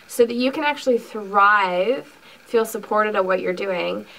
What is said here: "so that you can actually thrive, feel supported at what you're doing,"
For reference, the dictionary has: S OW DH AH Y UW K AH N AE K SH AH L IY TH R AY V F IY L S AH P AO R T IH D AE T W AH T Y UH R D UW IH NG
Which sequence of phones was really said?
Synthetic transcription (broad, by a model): S OW DH AH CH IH K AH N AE K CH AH L IY TH R AY V F IY L S AH P AO R T IH D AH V W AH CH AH R D UW IH NG